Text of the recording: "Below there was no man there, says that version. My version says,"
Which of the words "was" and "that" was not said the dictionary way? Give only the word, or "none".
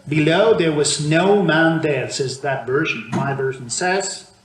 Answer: none